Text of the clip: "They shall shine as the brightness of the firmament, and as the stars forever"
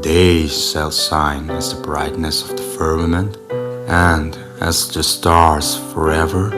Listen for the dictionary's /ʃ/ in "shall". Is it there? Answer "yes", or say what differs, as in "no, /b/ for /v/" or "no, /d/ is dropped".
no, /s/ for /ʃ/